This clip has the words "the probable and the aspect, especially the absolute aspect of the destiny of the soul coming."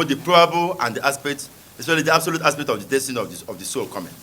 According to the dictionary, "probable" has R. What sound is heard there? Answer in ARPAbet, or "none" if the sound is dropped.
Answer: R